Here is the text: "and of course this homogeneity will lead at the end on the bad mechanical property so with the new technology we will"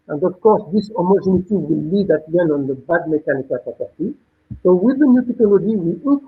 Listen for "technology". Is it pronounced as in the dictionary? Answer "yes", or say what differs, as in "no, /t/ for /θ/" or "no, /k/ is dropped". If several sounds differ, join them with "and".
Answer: no, /n/ is dropped